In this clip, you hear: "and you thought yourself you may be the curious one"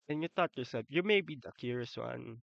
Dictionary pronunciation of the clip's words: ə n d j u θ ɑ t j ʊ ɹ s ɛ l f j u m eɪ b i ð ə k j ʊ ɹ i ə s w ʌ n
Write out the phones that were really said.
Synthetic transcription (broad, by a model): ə n j u t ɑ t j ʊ ɹ s ɛ l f j u m eɪ b i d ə k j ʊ ɹ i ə s w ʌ n